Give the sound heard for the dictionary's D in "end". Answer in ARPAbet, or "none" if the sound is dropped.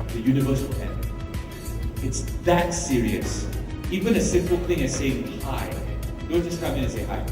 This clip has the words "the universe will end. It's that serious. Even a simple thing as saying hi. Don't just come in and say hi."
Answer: none